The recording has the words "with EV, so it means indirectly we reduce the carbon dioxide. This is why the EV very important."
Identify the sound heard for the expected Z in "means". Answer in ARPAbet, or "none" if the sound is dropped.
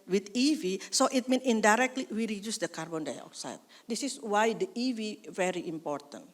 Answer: none